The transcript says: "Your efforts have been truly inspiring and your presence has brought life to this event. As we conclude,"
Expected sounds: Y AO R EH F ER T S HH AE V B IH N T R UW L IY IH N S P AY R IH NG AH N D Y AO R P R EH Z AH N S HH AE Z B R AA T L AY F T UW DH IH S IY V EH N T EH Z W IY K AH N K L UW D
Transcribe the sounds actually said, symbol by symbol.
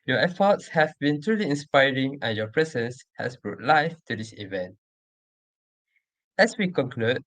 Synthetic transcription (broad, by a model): Y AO EH F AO T S HH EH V B IH N T R UW L IY IH N S P AY R IH NG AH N Y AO P R EH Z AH N S HH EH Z B R AA T L AY F T UW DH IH S IY V EH N T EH S W IY K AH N K L UW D